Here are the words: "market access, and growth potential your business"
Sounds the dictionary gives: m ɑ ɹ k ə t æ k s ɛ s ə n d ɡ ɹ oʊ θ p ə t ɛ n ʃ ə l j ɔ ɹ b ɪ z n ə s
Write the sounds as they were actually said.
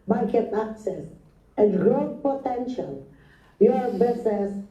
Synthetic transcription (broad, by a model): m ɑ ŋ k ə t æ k s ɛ s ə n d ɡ ɹ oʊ t p ə t ɛ n ʃ ə l j ɔ ɹ b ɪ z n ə s